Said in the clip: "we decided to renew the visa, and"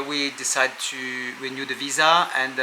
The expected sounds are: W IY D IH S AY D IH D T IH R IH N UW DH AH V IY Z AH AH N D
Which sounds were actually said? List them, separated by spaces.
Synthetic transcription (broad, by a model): W IY D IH S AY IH D T IH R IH N UW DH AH V IY Z AH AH N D